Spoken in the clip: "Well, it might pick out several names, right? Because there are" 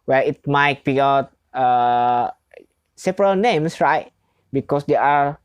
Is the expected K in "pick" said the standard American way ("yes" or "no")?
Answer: no